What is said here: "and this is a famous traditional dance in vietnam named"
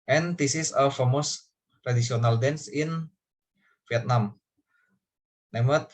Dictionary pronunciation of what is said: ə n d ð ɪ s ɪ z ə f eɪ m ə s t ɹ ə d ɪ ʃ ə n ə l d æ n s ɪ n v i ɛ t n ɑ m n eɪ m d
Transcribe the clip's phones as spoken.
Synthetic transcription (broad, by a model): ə n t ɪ s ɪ s ə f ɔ m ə s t ɹ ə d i s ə n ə l d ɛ n s ɪ n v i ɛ t n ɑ m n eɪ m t